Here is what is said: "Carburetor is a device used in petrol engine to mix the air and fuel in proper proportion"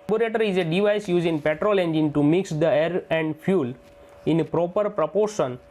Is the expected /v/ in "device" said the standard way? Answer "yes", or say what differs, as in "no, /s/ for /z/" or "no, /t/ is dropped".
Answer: yes